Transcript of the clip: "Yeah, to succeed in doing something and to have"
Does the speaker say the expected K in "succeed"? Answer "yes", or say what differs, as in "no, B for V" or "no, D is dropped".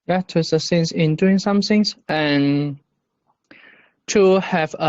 no, K is dropped